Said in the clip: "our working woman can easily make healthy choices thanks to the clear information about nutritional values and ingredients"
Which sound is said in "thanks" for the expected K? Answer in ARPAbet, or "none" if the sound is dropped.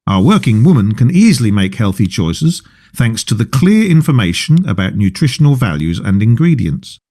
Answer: K